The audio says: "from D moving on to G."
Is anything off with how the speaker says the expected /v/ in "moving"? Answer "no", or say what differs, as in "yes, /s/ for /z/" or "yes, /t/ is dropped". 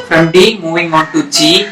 yes, /w/ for /v/